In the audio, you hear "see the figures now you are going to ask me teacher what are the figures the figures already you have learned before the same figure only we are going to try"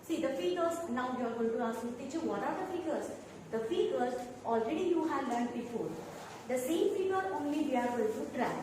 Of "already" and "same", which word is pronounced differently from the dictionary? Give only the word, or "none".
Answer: none